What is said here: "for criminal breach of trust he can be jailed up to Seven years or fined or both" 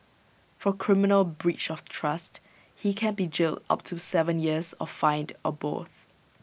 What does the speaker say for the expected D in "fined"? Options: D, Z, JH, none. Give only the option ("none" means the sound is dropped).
D